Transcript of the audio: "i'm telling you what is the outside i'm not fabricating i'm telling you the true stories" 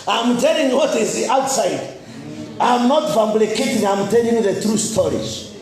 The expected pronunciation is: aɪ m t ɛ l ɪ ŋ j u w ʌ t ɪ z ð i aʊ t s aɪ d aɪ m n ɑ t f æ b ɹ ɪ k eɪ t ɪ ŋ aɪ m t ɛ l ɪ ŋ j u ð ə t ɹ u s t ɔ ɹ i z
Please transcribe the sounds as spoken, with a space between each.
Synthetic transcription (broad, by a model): aɪ m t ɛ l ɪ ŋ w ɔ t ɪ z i aʊ t s aɪ d aɪ m n ɑ t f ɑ b l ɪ k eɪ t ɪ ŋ aɪ m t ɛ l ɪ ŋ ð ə t ɹ u s t ɔ ɹ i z